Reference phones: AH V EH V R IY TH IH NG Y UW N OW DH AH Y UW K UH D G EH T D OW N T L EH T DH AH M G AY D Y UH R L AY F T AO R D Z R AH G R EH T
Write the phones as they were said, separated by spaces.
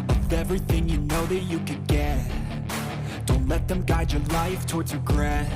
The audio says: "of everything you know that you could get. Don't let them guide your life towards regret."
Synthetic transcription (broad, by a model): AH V EH V R IY TH IH NG Y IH N OW DH AH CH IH K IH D G EH T D OW N T L EH T DH AH M G AY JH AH R L AY F T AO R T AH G R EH